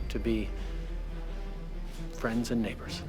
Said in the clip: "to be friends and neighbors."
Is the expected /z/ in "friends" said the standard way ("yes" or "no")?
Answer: yes